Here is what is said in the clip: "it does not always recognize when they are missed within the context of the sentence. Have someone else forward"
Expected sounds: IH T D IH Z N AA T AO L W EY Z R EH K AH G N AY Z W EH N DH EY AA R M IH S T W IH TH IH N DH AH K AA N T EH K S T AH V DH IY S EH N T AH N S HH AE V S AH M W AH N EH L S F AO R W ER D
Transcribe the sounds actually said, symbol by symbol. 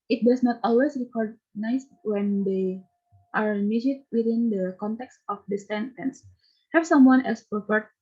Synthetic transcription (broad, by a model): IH T D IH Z N AA T AO L W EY S R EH K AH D N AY S W EH N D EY AA R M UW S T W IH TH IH N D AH K AA N T EH K S T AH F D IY S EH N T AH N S HH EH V S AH M W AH N EH L S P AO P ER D